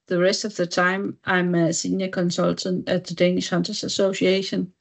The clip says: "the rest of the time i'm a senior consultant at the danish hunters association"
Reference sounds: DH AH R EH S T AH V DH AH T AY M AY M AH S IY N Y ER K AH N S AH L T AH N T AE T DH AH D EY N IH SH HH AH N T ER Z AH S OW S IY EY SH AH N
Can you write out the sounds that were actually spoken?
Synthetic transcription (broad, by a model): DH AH R EH S T AH V DH AH T AY M AY M AH S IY N Y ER K AH N S AH L T AH N T AE T DH AH D EY N IH SH HH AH N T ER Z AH S OW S IY EY SH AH N